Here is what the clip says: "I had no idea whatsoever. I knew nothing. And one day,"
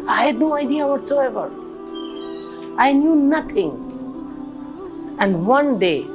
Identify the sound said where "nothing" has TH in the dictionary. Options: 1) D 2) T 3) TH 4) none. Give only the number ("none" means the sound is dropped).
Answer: 2